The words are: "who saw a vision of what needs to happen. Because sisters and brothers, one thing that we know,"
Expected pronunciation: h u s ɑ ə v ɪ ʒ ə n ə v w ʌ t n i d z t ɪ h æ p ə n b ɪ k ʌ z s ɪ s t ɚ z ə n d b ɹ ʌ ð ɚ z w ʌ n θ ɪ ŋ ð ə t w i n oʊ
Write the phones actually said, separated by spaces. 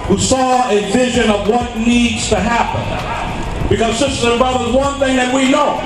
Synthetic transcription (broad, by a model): h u s ɑ ə v ɪ ʒ ə n ə v w ʌ t n i d z t ɪ h æ p ə n b ɪ k ʌ z s ɪ s t ɚ ə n b ɹ ʌ ð ɚ z w ʌ n θ ɪ ŋ ð ə t w i n oʊ